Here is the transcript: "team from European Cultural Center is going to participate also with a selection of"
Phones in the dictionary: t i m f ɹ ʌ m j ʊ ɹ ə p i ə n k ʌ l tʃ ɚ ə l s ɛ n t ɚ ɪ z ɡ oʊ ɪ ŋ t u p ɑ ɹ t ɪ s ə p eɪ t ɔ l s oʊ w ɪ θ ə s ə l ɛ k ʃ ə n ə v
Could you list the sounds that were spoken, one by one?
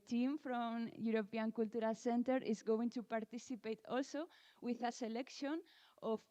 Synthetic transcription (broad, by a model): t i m f ɹ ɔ m j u ɹ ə p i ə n k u l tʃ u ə l s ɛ n t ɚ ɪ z ɡ oʊ ɪ ŋ t u p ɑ ɹ t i s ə p eɪ t ɔ l s oʊ w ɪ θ ə s ə l ɛ k ʃ ə n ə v